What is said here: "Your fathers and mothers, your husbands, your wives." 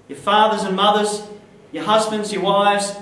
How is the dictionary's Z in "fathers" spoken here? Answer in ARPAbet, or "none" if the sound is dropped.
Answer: Z